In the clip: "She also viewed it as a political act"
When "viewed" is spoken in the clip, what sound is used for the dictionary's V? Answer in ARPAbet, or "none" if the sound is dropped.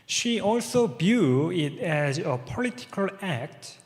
B